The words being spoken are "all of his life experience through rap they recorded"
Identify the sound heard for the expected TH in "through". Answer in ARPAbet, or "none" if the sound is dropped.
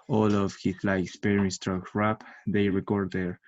T